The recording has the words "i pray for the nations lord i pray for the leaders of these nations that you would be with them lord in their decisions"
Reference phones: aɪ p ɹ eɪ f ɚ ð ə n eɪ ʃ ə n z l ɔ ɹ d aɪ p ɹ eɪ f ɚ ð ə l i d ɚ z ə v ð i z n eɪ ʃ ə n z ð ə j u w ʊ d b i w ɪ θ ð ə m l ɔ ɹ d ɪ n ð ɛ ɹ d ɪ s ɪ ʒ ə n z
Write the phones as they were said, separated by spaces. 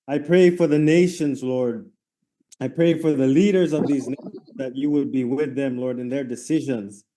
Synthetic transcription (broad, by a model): aɪ p ɹ eɪ f ɚ ð ə n eɪ ʃ ə n z l ɔ ɹ d aɪ p ɹ eɪ f ɚ ð ə l i d ɚ z ə v ð i z n eɪ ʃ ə n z ð ə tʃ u w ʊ d b i w ɪ ð ə m l ɔ ɹ d ɪ n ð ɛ ɹ d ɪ s ɪ ʒ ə n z